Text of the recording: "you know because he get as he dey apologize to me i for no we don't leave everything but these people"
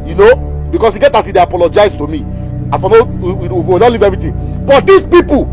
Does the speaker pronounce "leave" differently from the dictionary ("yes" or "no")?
no